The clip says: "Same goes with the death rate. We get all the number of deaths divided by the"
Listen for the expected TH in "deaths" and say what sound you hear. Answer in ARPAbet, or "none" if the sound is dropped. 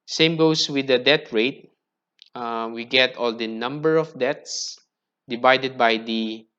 T